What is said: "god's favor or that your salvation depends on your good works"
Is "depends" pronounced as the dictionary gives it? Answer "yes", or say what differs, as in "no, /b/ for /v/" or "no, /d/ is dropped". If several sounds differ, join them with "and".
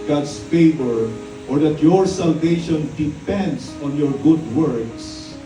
no, /s/ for /z/